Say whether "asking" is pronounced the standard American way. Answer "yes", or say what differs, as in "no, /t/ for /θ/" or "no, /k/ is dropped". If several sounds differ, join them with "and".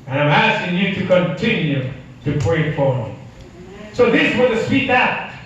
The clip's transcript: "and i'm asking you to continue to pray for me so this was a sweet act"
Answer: yes